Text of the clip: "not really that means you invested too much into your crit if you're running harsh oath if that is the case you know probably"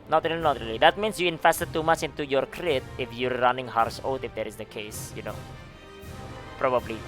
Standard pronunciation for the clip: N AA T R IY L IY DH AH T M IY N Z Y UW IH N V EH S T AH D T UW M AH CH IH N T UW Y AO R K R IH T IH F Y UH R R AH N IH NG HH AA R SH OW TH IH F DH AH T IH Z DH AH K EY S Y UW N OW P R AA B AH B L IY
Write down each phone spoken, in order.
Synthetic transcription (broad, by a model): N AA T R IY L IY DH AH T M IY N S Y UW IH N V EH S T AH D T UW M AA CH IH N T UW Y AO R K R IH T IH F Y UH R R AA N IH NG HH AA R S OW T IH F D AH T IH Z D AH K EY S Y UW N OW P R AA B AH B L IY